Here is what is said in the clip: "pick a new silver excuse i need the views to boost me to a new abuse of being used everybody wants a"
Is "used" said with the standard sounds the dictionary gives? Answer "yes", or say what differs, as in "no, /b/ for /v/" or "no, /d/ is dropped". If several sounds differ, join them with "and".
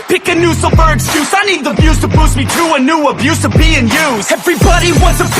no, /d/ is dropped